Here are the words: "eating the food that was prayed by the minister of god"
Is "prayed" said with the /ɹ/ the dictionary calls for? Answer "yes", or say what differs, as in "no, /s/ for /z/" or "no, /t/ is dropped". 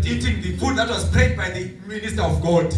no, /ɹ/ is dropped